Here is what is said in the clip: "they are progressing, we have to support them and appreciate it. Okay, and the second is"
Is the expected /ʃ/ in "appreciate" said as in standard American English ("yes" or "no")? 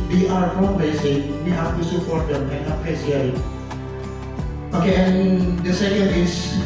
no